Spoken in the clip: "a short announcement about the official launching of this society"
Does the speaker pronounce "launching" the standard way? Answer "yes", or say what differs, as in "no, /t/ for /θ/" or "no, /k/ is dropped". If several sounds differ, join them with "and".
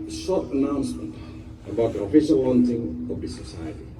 no, /w/ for /l/